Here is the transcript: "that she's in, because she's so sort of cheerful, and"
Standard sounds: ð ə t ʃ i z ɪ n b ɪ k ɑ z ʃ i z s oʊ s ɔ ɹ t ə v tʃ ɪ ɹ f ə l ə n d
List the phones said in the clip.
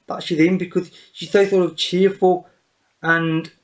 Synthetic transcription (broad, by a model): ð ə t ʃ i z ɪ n b ɪ k ɑ z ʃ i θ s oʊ θ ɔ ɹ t ə v tʃ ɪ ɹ f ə l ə n